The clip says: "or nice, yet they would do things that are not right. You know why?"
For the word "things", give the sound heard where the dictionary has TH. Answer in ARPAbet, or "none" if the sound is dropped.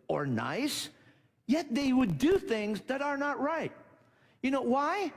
TH